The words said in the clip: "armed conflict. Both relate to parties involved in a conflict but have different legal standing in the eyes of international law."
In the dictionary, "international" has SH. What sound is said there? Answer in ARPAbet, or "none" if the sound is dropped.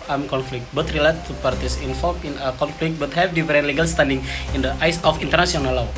S